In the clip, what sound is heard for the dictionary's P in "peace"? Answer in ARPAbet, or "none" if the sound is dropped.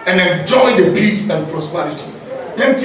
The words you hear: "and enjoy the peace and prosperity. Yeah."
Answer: B